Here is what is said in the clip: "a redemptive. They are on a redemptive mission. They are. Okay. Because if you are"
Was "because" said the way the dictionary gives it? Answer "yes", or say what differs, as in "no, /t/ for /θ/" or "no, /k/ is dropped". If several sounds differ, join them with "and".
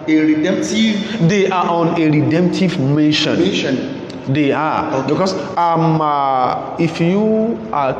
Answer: no, /z/ is dropped